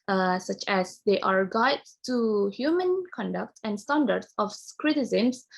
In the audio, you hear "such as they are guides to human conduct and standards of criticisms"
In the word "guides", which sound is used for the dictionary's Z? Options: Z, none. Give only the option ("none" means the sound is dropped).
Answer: none